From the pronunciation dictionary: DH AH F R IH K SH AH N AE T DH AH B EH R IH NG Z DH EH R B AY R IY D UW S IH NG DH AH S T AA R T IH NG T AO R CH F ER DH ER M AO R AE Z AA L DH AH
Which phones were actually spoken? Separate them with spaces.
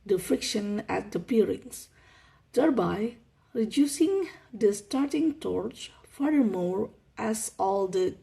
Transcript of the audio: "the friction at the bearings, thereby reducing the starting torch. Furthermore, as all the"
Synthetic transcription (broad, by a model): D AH F R IH K SH AH N AE T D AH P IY R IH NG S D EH R B AY R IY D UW S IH NG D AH S T AA R T IH NG T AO R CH F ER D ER M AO R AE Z AA L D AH